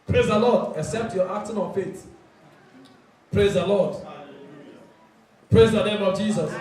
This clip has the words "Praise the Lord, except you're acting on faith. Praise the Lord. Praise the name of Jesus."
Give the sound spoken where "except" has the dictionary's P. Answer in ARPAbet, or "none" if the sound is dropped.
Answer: P